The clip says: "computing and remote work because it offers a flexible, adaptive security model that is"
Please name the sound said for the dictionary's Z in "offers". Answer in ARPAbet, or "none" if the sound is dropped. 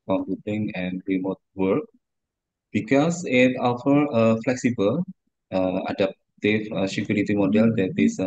none